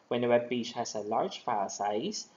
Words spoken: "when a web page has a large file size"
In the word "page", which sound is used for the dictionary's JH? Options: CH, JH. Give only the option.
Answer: CH